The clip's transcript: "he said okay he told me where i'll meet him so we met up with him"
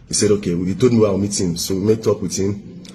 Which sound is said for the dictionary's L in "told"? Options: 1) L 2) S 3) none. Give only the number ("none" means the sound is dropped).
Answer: 3